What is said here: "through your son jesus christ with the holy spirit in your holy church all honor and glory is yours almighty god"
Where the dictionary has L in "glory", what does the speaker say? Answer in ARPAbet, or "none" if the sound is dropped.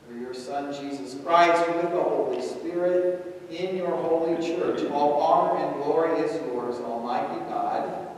L